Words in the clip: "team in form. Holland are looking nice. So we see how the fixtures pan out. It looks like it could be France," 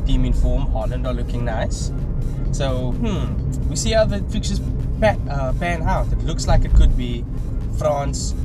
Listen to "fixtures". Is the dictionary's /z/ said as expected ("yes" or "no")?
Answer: no